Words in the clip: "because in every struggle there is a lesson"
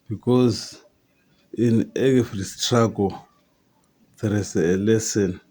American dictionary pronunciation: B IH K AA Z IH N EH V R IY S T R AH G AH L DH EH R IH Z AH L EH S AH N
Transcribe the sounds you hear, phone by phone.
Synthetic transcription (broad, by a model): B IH K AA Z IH N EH F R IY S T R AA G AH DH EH R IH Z AH L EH S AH N